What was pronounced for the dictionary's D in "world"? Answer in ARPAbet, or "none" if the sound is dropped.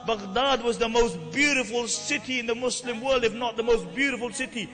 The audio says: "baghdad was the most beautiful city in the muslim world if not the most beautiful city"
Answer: D